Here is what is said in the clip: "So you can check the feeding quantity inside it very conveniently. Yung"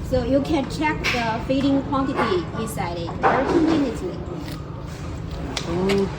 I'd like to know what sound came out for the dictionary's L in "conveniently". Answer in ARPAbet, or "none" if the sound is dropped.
none